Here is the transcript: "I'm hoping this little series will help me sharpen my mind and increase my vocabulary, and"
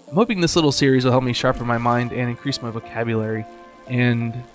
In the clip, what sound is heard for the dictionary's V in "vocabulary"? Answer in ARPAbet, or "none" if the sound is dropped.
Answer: V